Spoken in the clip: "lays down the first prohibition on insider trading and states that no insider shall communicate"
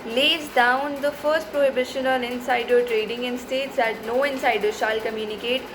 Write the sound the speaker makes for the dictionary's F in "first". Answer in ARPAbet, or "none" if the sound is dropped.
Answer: F